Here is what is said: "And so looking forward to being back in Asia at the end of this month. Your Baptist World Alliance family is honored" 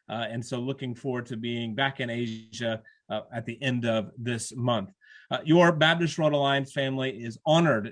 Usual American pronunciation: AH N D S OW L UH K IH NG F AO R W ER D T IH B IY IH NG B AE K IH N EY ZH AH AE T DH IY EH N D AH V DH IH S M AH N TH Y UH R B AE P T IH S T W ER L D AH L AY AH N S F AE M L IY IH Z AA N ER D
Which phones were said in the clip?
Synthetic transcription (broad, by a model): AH N S OW L UH K IH NG F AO R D T IH B IY IH NG B AE K IH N EY ZH AH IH T DH IY EH N D AH V DH IH S M AH N TH Y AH R B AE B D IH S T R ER D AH L AY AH N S F AE M L IY IH Z AA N ER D